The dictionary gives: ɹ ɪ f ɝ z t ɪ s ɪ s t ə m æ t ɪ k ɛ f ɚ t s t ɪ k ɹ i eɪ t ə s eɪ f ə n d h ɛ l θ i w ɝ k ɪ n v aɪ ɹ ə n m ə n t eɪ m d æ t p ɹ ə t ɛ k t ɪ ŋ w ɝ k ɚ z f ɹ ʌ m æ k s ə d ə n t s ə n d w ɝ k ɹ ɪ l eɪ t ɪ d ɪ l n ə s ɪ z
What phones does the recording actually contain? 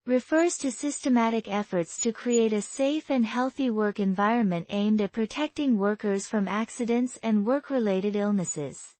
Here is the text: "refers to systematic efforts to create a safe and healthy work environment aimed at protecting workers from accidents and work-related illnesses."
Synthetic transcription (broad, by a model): ɹ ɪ f ɝ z t ɪ s ɪ s t ə m æ t ɪ k ɛ f ɚ t s t ɪ k ɹ i eɪ t ə s eɪ f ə n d h ɛ l θ i w ɝ k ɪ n v aɪ ɹ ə n m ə n t eɪ m d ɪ t p ɹ ə t ɛ k t ɪ ŋ w ɝ k ɚ z f ɹ ʌ m æ k s ə d ə n t s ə n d w ɝ k ɹ ɪ l eɪ t ɪ d ɪ l n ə s ɪ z